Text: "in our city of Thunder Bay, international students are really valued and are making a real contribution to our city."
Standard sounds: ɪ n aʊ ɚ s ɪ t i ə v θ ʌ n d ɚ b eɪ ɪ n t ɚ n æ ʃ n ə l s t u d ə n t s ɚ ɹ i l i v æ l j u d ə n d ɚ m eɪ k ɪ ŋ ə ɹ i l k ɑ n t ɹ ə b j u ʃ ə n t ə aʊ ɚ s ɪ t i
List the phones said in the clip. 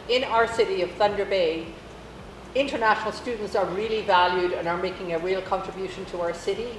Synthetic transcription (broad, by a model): ɪ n aʊ ɚ s ɪ t i ə v θ ʌ n d ɚ b eɪ ɪ n t ɚ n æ ʃ n l s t u d n t s ɚ ɹ i l i v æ l j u d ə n ɚ m eɪ k ɪ ŋ ə ɹ i l k ɑ n t ɹ ə b j u ʃ ə n t ə aʊ ɚ s ɪ t i